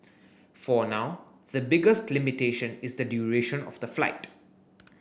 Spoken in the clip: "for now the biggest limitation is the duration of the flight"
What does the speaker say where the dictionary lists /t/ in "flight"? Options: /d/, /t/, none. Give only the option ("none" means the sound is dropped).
/t/